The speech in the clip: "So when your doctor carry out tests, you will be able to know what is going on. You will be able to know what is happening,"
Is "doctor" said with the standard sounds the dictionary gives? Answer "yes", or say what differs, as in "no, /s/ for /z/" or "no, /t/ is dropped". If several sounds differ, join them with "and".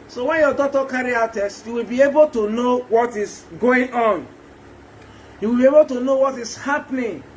no, /k/ is dropped